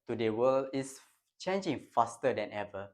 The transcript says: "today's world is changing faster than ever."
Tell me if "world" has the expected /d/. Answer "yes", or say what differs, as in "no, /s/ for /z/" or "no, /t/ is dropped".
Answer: no, /d/ is dropped